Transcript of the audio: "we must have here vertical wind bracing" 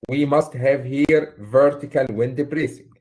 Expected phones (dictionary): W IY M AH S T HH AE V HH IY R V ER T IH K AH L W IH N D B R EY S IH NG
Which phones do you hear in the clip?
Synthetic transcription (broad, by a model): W IY M AH S T HH AE V HH IY R V ER T IH K AH L W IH N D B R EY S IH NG